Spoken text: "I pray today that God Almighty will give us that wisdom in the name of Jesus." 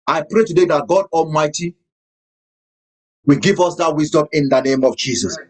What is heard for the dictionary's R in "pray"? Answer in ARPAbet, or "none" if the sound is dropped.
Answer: R